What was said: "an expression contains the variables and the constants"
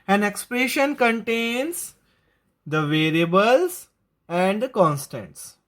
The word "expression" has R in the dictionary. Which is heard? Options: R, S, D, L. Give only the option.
R